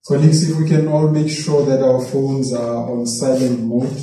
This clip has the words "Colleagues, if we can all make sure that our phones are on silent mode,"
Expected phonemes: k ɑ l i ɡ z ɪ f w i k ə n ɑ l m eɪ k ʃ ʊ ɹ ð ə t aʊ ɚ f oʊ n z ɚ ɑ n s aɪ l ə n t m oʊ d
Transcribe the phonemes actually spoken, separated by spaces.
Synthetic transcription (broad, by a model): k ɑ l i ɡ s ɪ w i k ə n ɑ l m eɪ k ʃ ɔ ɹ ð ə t aʊ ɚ f oʊ n z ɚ ɑ n s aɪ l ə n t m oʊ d